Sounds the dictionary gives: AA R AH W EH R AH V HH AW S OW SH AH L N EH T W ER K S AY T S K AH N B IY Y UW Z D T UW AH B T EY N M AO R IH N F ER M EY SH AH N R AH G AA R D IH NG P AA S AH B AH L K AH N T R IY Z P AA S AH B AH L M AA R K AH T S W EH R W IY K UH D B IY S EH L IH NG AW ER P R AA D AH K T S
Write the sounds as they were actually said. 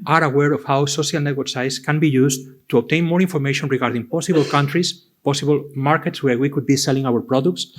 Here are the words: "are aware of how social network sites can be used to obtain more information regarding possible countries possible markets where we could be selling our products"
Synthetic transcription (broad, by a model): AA R AH W EH R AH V HH AW S OW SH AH L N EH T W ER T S AY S K AH N B IY Y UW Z T UW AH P T EY N M AO R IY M F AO M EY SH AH N R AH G AA R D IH NG P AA S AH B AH L K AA N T R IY S P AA S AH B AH L M AA R K AH T S W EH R W IY K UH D B IY S EH L IH NG AW ER P R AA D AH K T S